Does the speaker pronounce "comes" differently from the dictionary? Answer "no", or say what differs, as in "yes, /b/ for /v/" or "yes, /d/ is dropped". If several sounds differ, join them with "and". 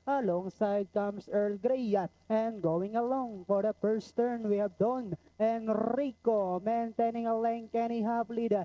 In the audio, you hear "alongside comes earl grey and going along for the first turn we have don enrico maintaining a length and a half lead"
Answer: yes, /s/ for /z/